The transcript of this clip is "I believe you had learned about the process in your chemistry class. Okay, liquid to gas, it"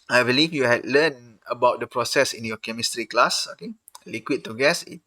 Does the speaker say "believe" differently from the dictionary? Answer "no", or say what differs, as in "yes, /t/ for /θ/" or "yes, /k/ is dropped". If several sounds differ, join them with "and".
yes, /f/ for /v/